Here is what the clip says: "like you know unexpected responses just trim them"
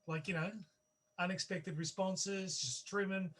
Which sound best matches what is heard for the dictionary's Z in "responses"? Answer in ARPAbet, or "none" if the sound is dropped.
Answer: Z